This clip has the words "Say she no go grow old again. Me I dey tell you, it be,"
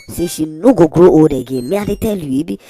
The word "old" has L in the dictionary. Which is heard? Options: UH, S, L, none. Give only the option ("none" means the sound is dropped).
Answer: none